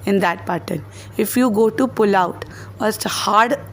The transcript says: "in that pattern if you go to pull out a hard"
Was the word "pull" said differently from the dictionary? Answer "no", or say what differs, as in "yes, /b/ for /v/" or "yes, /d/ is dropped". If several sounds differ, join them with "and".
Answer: no